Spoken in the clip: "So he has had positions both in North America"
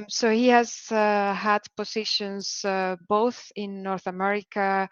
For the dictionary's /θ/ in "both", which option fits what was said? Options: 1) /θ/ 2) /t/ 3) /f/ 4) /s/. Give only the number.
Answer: 1